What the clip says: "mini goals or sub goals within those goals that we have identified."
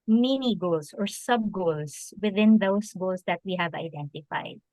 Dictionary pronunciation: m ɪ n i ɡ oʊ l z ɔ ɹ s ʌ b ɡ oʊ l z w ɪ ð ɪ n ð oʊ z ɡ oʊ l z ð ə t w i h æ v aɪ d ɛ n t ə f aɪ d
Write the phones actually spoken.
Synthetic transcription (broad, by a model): m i n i ɡ oʊ l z ɔ ɹ s ʌ b ɡ oʊ l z w ɪ ð ɪ n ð oʊ s ɡ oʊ l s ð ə t w i h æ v aɪ d ɛ n t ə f aɪ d